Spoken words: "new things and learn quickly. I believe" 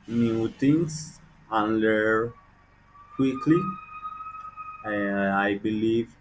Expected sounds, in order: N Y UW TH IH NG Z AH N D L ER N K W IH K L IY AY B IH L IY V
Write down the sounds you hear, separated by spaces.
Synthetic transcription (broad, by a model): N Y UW T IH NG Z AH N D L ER K W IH K L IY AY B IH L IY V